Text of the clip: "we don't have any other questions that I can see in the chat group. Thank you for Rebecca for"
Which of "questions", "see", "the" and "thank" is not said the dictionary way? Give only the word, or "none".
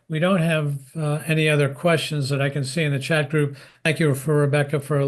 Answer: none